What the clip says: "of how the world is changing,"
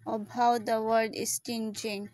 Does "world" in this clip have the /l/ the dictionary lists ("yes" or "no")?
no